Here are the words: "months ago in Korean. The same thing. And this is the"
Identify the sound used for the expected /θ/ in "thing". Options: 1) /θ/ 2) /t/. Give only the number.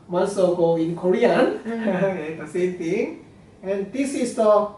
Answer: 2